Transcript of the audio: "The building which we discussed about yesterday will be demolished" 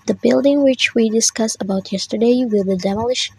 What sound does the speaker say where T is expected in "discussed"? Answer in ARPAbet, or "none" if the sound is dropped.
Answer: none